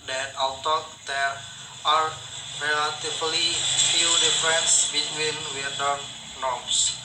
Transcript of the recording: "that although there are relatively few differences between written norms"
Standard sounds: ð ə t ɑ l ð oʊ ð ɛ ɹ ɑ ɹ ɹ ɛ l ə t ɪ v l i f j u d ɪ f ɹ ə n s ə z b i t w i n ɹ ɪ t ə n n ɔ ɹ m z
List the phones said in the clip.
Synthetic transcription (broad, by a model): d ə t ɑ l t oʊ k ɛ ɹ ɑ ɹ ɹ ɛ l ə t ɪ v l i f j u d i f ɹ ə n s b i t w i n w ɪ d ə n n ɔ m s